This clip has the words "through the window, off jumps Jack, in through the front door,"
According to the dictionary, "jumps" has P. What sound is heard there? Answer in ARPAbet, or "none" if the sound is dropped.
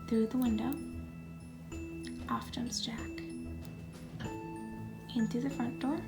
none